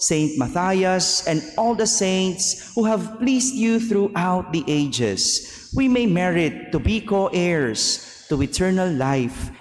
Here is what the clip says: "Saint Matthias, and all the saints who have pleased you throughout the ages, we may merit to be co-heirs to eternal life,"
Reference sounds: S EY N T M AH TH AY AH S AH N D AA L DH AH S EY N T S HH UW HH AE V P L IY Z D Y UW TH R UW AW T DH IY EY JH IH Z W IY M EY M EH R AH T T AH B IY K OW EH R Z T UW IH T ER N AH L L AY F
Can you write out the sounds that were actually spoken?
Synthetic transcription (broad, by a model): S EY N T M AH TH AY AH S AH N D AA L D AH S EY N T S HH UW HH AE V P L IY S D Y UW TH R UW AW T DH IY EY JH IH S W IY M EY M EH R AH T T AH B IY K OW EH R S T UW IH T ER N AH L L AY F